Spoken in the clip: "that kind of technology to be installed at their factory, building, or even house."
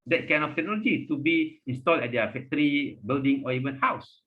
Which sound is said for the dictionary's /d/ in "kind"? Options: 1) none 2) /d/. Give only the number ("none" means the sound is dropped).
1